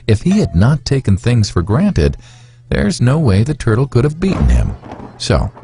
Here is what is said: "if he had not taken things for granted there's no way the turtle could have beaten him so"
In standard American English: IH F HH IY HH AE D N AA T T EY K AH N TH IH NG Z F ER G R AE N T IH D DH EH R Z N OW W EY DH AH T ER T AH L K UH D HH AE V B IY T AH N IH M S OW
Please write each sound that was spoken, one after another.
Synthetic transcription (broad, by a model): IH F HH IY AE D N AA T T EY K N TH IH NG Z F ER G R AE N T IH D DH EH R Z N OW W EY DH AH T ER T L K UH D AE V B IY T N IH M S OW